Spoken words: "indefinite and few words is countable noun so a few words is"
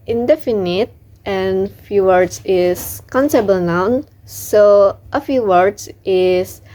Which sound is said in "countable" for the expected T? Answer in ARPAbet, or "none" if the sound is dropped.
S